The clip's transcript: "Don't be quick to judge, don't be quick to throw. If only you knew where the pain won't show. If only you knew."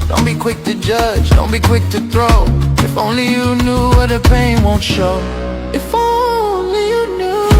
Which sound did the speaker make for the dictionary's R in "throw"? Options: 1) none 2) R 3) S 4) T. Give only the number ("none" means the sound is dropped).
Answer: 2